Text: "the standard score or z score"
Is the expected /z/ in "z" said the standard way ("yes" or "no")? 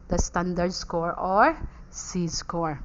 no